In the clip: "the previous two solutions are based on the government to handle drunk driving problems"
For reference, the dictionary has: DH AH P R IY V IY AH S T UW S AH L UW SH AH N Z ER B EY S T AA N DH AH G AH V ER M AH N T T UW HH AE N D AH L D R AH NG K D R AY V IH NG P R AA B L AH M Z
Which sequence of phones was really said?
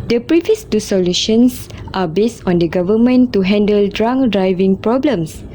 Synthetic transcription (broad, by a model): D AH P R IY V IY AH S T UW S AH L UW SH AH N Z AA B EY S T AA N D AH G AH V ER M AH N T T UW HH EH N D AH L D R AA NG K D R AY V IH NG P R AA B L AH M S